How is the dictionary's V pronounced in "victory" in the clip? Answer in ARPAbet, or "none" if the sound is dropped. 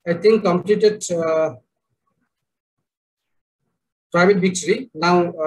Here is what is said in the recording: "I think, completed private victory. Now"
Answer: B